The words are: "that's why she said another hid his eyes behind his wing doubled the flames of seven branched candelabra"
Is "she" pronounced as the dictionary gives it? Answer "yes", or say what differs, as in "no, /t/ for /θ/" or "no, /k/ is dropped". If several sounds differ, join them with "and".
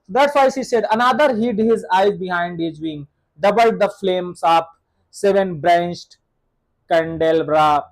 no, /s/ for /ʃ/